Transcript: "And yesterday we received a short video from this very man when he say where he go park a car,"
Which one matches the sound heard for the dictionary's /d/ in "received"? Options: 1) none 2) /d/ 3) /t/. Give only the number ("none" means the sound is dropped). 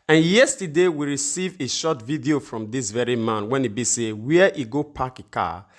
1